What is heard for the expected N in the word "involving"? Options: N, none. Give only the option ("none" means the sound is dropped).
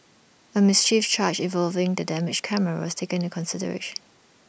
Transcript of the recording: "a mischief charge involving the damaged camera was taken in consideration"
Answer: none